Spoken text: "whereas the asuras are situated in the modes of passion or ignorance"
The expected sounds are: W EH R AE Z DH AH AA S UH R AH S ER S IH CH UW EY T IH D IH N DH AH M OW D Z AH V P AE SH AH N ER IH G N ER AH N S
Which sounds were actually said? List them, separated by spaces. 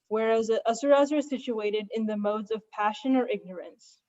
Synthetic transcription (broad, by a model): W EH R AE Z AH S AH R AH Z ER S IH CH UW EY T IH D IH N DH AH M OW D Z AH V P AE SH AH N ER IH G N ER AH N S